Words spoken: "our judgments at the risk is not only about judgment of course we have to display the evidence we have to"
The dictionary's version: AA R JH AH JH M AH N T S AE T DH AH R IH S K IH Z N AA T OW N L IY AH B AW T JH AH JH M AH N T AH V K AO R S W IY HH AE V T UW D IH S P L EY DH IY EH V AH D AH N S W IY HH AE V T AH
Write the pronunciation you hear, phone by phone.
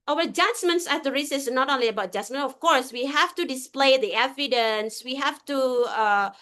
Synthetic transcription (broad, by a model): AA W JH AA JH M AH N T S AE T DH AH R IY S IH S N AA T OW N L IY AH B AW T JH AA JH M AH N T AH F K AO R S W IY HH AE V T UW D IH S P L EY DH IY EH V AH D AH N S W IY HH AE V T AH